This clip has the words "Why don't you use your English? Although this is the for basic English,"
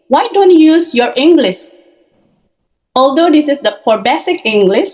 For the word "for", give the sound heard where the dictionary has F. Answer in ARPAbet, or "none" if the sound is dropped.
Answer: P